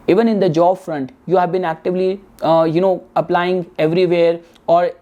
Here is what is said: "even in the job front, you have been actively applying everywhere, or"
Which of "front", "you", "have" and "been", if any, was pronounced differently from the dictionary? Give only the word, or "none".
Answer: none